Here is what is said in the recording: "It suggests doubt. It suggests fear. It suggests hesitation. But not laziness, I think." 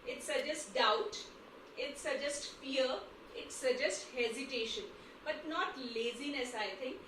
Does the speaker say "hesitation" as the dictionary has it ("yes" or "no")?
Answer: yes